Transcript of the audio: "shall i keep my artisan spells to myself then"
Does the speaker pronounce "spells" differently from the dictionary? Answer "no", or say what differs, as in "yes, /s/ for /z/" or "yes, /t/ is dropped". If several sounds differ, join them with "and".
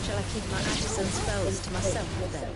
yes, /f/ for /p/